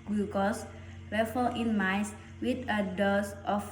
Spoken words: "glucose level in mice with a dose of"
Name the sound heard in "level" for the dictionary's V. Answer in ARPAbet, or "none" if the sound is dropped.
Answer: F